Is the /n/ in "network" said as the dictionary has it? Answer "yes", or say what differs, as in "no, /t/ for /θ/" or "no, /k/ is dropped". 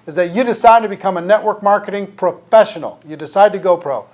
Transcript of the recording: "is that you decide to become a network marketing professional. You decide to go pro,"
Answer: yes